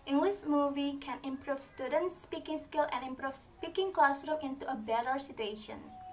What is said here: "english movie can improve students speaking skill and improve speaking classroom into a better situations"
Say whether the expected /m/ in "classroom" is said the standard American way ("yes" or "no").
no